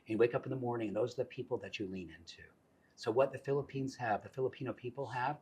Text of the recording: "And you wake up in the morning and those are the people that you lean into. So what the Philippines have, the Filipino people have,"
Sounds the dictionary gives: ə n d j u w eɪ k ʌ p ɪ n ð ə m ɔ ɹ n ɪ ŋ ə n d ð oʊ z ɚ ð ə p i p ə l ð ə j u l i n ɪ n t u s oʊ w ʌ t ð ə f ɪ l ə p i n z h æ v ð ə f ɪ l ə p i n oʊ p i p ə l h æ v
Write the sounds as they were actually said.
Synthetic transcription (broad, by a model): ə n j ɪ w eɪ k ʌ p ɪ n ð ə m ɔ ɹ n ɪ ŋ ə n ð oʊ z ɚ ð ə p i p l ð ə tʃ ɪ l i n ɪ n t u s oʊ w ʌ t ð ə f ɪ l ə p i n z h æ v ð ə f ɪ l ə p i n oʊ p i p l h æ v